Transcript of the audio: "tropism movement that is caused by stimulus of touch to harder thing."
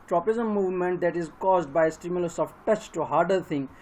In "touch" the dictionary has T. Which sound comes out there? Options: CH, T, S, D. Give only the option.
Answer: T